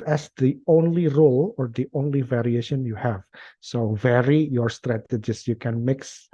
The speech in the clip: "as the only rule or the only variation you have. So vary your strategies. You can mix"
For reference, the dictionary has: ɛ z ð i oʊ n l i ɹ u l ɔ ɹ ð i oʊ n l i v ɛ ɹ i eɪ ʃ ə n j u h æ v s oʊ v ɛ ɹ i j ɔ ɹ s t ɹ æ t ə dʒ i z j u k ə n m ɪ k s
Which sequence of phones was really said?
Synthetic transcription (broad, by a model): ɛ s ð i oʊ n l i ɹ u l ɔ ɹ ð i oʊ n l i v ɛ ɹ i eɪ ʃ ə n j u h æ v s oʊ v ɛ ɹ i j ɔ ɹ s t ɹ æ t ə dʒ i s j u k ə n m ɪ k s